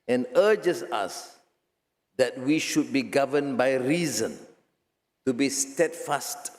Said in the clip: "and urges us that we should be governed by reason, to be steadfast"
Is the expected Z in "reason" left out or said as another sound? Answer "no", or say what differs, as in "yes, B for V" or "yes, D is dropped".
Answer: no